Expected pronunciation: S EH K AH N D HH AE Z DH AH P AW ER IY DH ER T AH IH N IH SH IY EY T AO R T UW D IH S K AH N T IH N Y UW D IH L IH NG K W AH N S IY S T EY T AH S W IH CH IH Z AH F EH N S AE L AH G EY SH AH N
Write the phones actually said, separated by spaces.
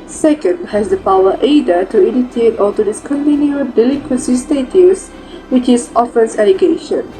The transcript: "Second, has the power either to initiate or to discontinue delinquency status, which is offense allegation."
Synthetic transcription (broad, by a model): S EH K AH N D HH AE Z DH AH P AW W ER T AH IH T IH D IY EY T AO L T UW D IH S K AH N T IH N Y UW D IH L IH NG K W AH N S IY S T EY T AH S W IH CH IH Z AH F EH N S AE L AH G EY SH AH N